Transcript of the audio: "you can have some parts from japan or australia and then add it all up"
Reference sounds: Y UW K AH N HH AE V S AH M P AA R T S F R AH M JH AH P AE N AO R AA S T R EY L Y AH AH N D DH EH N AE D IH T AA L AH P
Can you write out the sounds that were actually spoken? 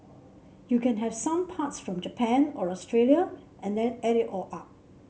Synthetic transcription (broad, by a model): Y UW K AH N HH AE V S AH M P AA T S F R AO M JH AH P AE N AO R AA S T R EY L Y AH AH N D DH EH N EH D IH T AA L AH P